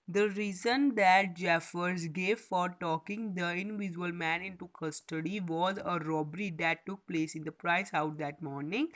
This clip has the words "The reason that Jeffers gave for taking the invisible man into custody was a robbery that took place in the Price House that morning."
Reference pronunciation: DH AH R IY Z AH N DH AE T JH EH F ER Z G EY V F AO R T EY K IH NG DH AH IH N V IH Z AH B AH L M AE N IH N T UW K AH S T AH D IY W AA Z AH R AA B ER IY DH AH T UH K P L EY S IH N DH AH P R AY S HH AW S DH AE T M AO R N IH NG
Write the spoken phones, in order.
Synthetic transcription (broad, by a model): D AH R IY Z AH N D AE T JH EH F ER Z G EY V F AO R T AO K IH NG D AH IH N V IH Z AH AH L M AE N IH N T UW K AH S T AH D IY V AA Z AH R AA B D IY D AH T UH K P L EY S IH N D AH P R AY S AW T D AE T M AO R N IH NG